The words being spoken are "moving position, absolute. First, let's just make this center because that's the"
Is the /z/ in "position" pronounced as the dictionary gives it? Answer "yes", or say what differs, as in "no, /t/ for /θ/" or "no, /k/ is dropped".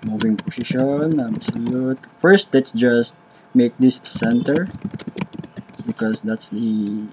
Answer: no, /s/ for /z/